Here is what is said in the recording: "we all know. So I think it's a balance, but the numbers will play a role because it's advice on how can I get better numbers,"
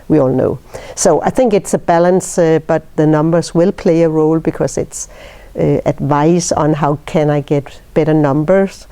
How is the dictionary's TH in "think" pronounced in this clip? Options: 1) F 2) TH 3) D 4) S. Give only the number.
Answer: 2